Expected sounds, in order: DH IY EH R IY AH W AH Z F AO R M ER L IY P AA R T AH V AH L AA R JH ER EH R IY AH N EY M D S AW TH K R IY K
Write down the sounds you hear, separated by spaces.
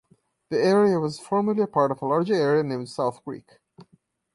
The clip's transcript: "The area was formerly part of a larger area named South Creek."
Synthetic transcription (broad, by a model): DH IY EH R IY AH W AH Z F AO R M ER L IY P AA R T AH V AH L AA R JH ER EH R IY AH N EY M D S AW TH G R IY K